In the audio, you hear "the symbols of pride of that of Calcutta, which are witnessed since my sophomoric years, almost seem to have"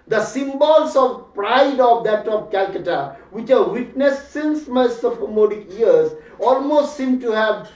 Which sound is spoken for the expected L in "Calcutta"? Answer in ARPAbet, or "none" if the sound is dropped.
L